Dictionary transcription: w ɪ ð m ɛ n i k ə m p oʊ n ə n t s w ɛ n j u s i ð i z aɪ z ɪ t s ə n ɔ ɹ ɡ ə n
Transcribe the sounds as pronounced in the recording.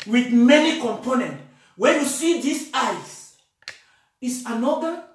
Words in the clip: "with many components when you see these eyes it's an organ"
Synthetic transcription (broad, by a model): w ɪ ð m ɛ n i k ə m p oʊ n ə n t w ɛ n j u s i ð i s aɪ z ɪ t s ə n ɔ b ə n